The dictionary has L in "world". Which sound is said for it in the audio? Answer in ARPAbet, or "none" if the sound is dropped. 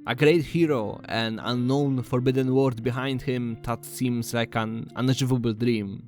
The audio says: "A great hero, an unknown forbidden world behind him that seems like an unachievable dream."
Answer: none